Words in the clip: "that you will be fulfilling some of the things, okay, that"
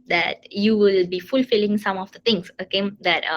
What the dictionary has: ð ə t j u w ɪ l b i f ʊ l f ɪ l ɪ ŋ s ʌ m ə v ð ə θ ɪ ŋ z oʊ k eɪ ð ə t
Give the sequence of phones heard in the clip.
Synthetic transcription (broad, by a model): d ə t j u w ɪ l b i f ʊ l f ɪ l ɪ ŋ s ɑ m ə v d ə t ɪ ŋ s oʊ k eɪ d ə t